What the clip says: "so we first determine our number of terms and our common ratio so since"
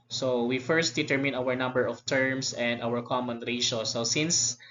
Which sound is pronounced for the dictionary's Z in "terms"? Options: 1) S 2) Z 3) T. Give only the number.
1